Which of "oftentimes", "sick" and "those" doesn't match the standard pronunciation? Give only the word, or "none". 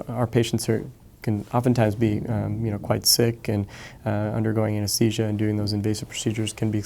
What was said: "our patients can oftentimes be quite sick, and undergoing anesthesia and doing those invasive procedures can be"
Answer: none